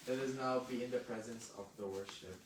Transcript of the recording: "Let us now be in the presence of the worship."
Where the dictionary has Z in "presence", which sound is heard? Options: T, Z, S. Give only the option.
Z